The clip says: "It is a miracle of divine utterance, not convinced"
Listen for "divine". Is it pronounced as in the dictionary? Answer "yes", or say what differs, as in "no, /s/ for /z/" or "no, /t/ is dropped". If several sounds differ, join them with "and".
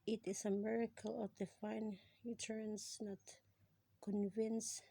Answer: no, /f/ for /v/